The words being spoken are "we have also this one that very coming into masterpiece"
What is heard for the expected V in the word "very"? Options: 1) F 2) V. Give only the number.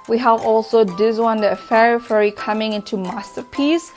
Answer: 1